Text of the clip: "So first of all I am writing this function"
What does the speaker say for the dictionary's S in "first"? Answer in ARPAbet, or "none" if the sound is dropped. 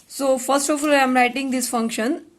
S